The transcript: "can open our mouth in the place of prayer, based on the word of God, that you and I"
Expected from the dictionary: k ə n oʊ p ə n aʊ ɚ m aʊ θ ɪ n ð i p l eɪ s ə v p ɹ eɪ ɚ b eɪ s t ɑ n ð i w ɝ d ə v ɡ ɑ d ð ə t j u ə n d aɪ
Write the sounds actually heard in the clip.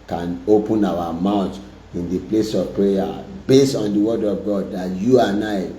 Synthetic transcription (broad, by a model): k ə n oʊ p ə n aʊ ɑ m aʊ t ɪ n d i p l eɪ s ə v p ɹ eɪ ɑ b eɪ s t ɑ n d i w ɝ d ə v ɡ ɑ d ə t j u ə n aɪ